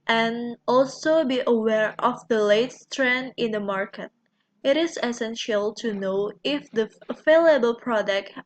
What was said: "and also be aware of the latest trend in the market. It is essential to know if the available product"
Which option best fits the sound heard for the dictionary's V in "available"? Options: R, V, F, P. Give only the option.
F